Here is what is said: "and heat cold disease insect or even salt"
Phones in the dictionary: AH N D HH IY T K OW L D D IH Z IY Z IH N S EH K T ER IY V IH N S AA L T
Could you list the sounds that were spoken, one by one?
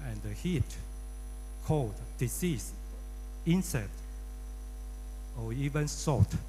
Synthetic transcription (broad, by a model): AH N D HH IY T K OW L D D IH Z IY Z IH N S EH T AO IY V IH N S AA T